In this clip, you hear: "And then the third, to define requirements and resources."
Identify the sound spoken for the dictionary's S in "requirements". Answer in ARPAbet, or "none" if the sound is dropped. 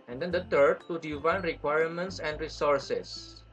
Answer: S